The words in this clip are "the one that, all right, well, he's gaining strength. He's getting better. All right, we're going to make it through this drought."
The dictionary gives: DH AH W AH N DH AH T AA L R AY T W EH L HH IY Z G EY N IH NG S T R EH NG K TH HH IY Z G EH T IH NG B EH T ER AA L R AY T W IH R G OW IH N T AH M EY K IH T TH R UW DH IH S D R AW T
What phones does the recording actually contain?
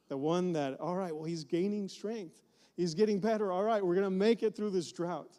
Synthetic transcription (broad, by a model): DH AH W AH N DH AH T AA L R AY T W EH L HH IY Z G EY N IH NG S T R EH NG K TH HH IY Z G EH T IH NG B EH T ER AA L R AY T W IH R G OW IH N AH M EY K IH T TH R UW DH IH S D R AW T